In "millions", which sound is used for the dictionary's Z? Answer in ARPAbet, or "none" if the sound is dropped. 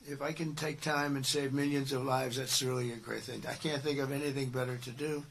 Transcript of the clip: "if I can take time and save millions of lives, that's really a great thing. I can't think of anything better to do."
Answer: Z